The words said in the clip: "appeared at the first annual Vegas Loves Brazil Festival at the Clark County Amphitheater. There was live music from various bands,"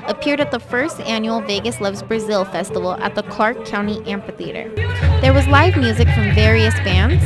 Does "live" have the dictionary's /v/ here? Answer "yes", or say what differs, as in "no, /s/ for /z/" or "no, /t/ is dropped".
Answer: yes